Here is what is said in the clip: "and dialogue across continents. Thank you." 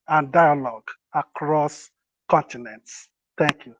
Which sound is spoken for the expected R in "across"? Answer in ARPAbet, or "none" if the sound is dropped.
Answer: R